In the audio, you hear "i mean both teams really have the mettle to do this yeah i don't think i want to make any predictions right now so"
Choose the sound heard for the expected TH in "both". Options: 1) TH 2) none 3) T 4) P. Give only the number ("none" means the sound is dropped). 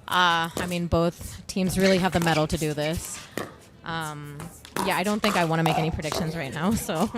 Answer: 1